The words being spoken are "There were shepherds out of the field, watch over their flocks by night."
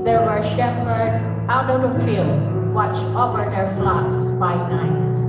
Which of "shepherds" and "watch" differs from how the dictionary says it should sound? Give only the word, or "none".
shepherds